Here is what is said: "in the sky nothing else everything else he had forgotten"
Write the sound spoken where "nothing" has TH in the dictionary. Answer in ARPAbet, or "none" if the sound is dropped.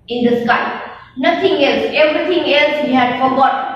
T